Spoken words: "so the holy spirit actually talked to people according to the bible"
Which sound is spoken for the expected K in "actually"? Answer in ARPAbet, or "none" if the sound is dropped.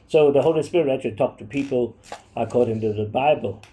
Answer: none